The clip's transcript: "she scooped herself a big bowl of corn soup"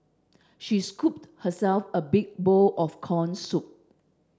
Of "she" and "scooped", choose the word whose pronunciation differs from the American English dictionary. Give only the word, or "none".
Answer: none